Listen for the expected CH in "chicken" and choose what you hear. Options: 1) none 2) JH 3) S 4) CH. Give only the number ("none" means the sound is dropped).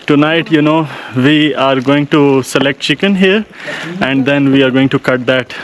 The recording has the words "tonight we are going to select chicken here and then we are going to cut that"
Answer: 4